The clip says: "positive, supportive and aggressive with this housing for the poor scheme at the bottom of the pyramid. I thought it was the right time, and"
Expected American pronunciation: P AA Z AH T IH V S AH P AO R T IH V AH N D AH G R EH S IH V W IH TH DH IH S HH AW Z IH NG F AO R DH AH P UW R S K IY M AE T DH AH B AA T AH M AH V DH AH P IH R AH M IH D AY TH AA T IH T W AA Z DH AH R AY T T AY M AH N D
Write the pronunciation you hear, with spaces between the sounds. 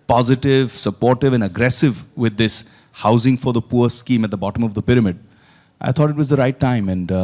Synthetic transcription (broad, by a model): P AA Z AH T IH V S AH P AO R T IH V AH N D AH G R EH S IH V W IH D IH S HH AW Z IH NG F AO R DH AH P UW R S K IY M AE T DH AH B AA T AH M AH V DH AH P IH R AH M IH D AY T AA T IH T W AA Z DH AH R AY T T AY M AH N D